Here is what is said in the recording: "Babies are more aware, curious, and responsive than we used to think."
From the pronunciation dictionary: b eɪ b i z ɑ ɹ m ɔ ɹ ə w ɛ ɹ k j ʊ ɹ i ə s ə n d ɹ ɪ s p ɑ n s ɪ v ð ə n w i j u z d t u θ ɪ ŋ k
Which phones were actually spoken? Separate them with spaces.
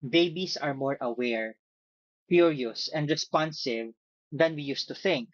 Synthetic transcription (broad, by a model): b eɪ b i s ɑ ɹ m ɔ ɹ ə w ɛ ɹ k j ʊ ɹ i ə s ə n d ɹ ɪ s p ɑ n s ɪ v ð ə n w i j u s t u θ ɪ ŋ k